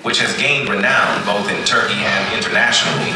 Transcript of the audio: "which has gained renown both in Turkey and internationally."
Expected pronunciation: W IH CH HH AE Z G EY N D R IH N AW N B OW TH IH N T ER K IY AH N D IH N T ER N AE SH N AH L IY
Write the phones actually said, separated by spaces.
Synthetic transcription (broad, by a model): W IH CH HH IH Z G EY N D R IH N AW N B OW TH IH N T ER K IY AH N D IH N T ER N AE SH N L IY